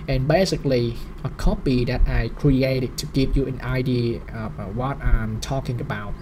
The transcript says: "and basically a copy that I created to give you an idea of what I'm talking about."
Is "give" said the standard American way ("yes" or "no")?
no